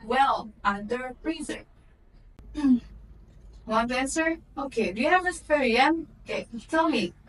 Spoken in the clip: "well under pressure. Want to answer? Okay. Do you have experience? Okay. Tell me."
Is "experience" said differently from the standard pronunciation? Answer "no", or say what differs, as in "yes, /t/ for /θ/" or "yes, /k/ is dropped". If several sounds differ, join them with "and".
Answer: yes, /k/ is dropped